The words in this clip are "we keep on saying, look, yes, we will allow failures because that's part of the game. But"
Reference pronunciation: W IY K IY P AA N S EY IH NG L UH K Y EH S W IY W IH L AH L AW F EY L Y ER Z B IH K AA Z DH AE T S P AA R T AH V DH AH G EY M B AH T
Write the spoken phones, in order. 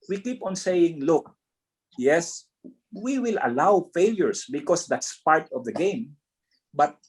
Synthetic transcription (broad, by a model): W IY K IY P AA N S EY IH NG L UH K Y EH S W IY W IH L AH L AW F EY L Y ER S B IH K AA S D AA T S P AA R T AH V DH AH G EY M B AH T